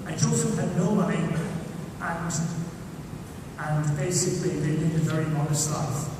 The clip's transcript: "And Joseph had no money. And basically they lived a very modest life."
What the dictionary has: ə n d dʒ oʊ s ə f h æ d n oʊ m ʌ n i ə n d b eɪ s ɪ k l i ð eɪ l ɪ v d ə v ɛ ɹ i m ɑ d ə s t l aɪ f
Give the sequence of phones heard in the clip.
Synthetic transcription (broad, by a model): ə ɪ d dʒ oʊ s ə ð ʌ n oʊ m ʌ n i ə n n b eɪ s ɪ k l i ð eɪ n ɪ d ə v ɛ ɹ i m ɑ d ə s t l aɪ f